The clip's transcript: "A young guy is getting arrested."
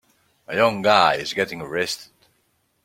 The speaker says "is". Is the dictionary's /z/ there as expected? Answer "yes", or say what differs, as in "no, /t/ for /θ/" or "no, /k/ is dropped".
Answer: yes